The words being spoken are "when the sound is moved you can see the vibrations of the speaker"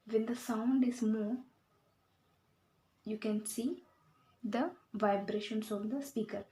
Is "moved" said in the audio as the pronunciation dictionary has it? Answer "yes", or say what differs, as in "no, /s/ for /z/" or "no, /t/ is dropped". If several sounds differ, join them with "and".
no, /v/ is dropped